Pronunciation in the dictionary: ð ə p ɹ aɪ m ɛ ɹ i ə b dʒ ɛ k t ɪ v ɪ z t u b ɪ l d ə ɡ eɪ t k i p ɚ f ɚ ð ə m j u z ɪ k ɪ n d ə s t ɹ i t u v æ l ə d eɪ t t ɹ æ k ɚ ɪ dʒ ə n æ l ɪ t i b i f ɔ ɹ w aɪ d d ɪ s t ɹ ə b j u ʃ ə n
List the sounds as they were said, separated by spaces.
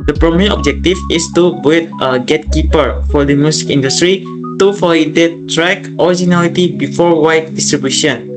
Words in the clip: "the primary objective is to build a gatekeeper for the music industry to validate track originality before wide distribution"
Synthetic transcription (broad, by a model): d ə p ɹ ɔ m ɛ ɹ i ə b dʒ ɛ k t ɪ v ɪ s t u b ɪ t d ə ɡ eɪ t k i p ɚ f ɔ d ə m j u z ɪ k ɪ n d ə s t ɹ i t u f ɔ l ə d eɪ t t ɹ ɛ k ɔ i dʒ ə n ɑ l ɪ t i b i f ɔ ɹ w aɪ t d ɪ s t ɹ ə b j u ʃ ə n